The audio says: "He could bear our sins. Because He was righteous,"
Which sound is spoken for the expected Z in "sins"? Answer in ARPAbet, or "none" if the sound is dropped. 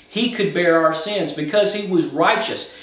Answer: Z